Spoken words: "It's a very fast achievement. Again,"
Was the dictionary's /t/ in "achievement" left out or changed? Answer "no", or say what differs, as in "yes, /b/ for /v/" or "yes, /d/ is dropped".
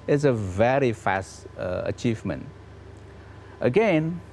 no